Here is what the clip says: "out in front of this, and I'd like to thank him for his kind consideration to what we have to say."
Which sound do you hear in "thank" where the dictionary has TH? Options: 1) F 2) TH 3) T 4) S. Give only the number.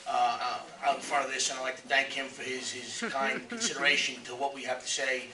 2